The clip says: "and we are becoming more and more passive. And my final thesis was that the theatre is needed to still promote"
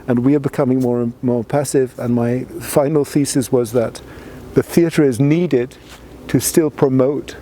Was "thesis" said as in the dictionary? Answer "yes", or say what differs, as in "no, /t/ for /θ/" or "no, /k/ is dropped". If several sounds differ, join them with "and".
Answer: yes